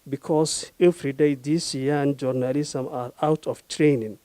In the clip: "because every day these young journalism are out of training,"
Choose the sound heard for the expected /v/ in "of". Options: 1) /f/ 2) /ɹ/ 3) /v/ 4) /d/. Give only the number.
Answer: 1